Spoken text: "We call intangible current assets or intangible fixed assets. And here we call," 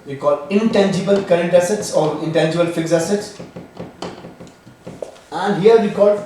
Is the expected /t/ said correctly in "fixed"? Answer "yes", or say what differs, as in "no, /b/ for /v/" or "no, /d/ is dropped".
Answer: no, /t/ is dropped